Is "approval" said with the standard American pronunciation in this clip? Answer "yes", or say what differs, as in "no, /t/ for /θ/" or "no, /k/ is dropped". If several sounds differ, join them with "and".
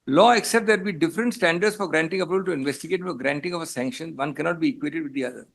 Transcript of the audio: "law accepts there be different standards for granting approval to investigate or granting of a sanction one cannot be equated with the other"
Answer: no, /ɹ/ is dropped and /b/ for /v/